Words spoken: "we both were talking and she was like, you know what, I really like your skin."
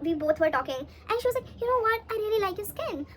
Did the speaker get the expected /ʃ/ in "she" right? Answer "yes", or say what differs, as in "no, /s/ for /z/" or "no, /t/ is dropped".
yes